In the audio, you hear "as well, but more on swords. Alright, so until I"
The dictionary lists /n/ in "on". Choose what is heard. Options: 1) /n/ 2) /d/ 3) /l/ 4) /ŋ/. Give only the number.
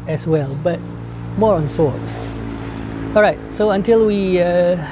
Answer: 1